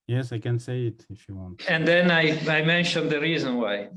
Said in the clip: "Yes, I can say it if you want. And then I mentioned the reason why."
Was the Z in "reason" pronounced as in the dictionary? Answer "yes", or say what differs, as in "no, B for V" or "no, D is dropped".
yes